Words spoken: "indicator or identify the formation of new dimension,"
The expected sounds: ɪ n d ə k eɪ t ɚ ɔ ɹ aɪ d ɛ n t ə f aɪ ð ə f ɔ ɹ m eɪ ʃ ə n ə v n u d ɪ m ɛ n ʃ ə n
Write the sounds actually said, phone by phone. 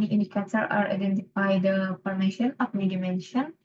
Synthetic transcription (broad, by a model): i n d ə k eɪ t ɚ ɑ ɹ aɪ d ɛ n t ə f aɪ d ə p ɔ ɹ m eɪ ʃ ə n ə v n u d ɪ m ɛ n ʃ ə n